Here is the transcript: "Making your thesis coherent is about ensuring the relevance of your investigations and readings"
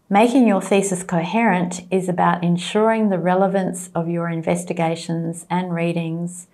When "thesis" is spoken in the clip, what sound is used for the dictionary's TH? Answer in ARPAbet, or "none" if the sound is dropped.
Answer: TH